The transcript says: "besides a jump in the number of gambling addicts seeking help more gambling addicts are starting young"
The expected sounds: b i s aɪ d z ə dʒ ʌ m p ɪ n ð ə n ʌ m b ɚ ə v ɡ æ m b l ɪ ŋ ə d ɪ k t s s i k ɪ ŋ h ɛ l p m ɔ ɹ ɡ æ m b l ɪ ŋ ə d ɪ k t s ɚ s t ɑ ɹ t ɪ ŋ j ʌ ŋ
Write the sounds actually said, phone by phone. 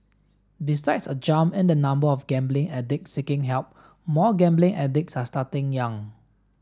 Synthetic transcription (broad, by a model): b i s aɪ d s ə dʒ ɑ m ɪ n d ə n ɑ m b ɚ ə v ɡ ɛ m b l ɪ ŋ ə d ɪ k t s s i k ɪ ŋ h ɛ l p m ɔ ɡ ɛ m b l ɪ ŋ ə d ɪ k s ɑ s t ɑ t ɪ ŋ j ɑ ŋ